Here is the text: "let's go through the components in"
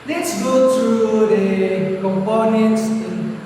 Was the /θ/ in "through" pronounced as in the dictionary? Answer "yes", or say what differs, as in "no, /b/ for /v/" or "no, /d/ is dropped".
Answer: no, /t/ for /θ/